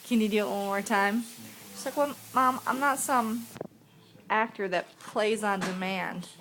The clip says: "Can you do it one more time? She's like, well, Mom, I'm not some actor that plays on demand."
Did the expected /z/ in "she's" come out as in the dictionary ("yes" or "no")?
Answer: no